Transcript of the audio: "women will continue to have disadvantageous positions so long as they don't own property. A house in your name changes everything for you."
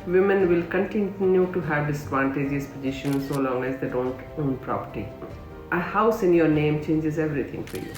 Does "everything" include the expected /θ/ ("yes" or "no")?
no